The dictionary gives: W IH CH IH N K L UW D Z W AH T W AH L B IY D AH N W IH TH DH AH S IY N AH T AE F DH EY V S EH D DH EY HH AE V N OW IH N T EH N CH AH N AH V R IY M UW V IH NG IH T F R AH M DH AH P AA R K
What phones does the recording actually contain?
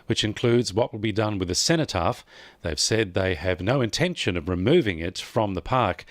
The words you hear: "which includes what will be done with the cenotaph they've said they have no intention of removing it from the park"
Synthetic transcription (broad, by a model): W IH CH IH N K L UW D Z W AH T W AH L B IY D AH N W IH DH AH S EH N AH T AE F DH EY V S EH D DH EY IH V N OW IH N T EH N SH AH N AH V R IY M UW V IH NG IH T F R AH M DH AH P AA R K